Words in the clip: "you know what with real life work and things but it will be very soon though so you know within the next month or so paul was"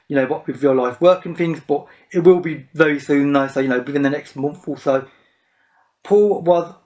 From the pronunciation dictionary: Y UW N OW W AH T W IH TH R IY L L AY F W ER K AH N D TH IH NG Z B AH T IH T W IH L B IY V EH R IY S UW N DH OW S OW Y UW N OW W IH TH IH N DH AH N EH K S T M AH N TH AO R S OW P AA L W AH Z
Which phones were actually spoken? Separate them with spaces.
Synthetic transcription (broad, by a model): Y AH N OW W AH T W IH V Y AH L L AY F W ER K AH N TH IH NG Z B AH T IH T W IH L B IY V EH R IY S UW N DH OW S OW Y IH N OW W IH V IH N DH AH N EH K S T M AH N TH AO L S OW P AA L W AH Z